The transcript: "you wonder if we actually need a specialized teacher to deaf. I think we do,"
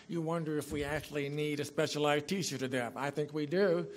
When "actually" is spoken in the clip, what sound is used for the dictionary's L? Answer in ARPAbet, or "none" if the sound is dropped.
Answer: L